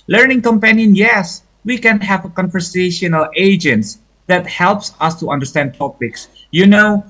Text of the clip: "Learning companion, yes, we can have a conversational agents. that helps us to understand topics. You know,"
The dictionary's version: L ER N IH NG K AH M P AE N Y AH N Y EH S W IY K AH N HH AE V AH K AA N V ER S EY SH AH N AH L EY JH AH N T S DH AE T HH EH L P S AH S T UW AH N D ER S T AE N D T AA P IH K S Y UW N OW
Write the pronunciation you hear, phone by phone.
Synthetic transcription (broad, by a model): L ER N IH NG K AH M P AE N Y AH N Y EH S W IY K AH N HH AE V AH K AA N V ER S EY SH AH N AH L EY JH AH N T S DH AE T HH EH L P S AH S T UW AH N D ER S T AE N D T AA P IH K S Y UW N OW